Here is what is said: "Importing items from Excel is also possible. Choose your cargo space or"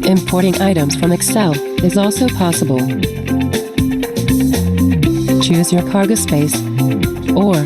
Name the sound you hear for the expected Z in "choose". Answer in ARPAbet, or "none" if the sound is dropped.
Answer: Z